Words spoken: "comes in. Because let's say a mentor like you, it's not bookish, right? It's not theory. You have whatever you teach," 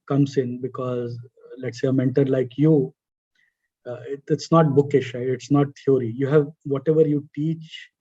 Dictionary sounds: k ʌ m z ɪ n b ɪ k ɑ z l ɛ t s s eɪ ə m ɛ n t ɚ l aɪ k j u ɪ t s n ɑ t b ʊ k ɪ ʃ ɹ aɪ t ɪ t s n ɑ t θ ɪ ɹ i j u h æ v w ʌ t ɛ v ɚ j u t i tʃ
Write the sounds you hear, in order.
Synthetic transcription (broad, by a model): k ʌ m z ɪ n b ɪ k ɑ z l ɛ t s s eɪ ə m ɛ n t ɚ l aɪ k j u ɪ t s n ɑ t b ʊ k ɪ ʃ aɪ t ɪ t s n ɑ t t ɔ ɹ i j u h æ v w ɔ t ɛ v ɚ j u t i tʃ